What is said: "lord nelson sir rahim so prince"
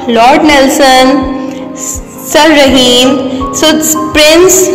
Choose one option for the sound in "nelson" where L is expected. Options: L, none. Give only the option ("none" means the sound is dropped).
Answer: L